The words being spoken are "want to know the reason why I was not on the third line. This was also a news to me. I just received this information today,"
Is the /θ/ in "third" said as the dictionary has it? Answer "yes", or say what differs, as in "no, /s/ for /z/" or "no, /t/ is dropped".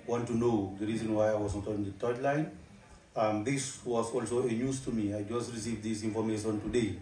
no, /t/ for /θ/